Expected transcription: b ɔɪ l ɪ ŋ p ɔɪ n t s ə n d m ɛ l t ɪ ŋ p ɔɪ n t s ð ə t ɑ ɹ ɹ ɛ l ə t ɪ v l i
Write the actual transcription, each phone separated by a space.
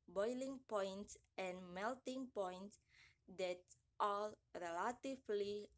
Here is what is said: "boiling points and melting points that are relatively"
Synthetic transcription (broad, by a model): b ɔɪ l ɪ ŋ p ɔɪ n t s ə n m ɛ l t ɪ ŋ p ɔɪ n t s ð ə t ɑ l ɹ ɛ l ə t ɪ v l i